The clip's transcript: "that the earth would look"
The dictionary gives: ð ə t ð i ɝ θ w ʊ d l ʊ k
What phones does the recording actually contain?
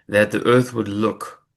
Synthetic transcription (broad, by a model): ð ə t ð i ɝ θ w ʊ d l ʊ k